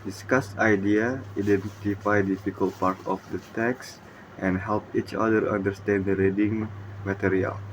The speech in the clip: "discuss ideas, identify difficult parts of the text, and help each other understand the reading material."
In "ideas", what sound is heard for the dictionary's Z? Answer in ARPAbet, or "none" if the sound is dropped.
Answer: none